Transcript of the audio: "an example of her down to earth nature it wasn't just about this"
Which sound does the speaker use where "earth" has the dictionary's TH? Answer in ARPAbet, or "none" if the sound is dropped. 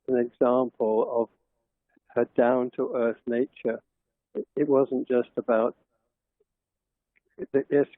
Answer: TH